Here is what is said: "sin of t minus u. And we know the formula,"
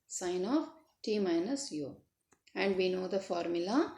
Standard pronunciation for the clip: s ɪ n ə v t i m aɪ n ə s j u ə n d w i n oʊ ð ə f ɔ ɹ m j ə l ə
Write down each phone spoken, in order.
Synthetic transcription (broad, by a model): s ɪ n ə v t i m aɪ n ə s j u ə n d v i n oʊ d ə f ɔ ɹ m j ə l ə